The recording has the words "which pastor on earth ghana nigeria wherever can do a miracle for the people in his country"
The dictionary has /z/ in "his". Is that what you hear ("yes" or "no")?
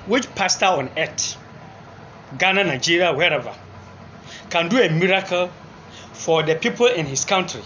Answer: no